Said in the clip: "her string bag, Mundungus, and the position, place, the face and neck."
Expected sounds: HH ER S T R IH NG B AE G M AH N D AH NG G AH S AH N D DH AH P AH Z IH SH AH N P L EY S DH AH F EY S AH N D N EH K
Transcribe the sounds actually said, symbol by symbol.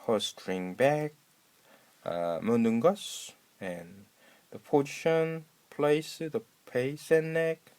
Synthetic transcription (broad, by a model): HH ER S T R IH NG B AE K M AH N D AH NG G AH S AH N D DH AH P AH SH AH N P L EY S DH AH P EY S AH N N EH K